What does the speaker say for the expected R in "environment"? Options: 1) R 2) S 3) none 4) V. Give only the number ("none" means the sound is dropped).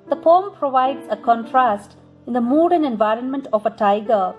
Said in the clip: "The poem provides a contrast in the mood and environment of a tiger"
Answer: 1